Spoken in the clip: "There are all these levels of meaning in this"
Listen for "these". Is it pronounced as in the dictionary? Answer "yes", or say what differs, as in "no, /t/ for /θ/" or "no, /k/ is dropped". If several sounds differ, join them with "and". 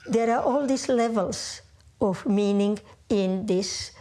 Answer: no, /s/ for /z/